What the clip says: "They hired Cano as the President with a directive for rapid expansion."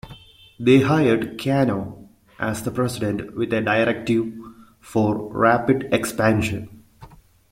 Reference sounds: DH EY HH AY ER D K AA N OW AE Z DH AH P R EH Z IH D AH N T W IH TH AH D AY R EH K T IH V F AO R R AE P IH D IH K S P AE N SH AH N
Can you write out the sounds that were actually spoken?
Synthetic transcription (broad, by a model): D EY HH AY ER D K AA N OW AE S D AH P R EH S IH D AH N T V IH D AH D AY R EH K T IH V F AO R R AE P IH D IH K S P AE N SH AH N